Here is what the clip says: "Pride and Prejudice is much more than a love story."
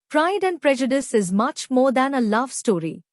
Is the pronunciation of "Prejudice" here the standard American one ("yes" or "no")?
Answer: yes